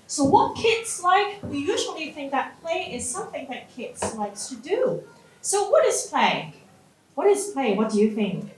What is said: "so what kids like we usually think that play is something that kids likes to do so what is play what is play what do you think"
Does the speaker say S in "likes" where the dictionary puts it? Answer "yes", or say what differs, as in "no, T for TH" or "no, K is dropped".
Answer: yes